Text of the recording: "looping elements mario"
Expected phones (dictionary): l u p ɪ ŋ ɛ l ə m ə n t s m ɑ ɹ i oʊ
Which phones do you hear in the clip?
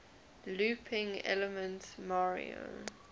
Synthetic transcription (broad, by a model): l u p ɪ ŋ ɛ l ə m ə n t m ɑ ɹ i oʊ